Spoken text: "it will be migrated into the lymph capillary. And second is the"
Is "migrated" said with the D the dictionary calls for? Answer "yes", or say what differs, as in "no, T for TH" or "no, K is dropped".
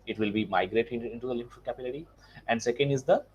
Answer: no, D is dropped